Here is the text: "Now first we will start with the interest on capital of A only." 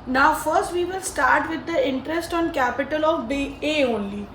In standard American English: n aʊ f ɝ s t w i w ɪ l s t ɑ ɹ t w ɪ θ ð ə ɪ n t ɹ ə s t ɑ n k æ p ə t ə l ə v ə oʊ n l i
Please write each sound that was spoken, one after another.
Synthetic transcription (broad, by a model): n aʊ f ɝ s t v i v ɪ l s t ɑ ɹ t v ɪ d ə ɪ n t ɹ ə s t ɑ n k æ p ə t ə l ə b ə oʊ n l i